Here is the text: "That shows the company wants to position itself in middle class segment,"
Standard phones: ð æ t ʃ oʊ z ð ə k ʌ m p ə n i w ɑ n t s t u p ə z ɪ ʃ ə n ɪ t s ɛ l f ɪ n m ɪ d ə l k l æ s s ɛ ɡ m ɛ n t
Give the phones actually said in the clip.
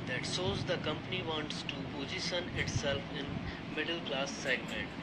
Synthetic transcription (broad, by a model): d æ t s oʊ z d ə k ʌ m p ə n i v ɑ n t s t u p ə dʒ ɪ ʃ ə n ɪ t s ɛ l f ɪ n m ɪ d ə l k l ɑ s s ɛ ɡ m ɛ n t